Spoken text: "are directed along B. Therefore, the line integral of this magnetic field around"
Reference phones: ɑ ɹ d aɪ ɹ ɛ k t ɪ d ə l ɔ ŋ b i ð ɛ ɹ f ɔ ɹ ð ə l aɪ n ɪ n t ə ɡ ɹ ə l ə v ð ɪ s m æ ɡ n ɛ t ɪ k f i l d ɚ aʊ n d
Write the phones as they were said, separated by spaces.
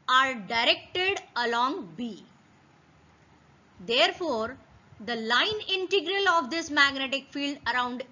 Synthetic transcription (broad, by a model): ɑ ɹ d aɪ ɹ ɛ k t ɪ d ə l ɔ ŋ b i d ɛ ɹ f ɔ ɹ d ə l aɪ n ɪ n t ə ɡ ɹ ə l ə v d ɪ s m æ ɡ n ɛ t ɪ k f i l d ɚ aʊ n d